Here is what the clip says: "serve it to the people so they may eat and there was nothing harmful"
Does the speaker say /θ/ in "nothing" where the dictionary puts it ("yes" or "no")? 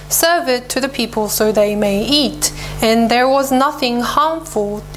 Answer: yes